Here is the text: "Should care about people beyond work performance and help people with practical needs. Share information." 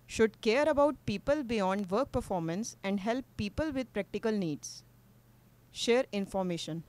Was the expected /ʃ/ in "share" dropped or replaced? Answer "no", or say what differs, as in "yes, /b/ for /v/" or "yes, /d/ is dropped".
no